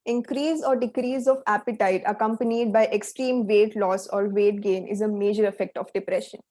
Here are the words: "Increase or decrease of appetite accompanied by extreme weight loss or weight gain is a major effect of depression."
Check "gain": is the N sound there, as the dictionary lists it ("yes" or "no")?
yes